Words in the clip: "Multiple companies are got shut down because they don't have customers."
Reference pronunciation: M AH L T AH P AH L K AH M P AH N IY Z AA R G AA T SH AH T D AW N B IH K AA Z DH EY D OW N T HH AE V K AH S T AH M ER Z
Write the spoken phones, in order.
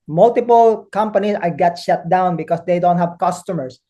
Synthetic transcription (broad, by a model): M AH L T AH P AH L K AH M P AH N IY S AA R G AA T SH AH T D AW N B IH K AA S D EY D OW N T HH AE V K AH S T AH M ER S